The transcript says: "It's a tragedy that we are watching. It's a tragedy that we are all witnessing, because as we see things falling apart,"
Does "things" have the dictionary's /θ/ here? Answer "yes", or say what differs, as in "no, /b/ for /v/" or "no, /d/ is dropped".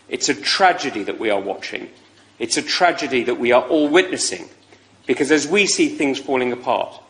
yes